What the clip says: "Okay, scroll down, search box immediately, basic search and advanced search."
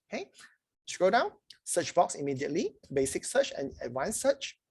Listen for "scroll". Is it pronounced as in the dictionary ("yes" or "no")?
no